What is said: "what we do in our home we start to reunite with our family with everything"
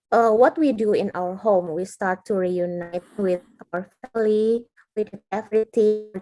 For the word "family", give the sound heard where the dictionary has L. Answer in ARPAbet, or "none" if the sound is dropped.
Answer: W